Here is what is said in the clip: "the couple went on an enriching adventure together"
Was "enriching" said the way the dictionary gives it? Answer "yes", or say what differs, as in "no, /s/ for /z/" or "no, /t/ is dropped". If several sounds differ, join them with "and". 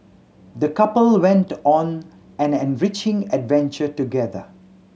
yes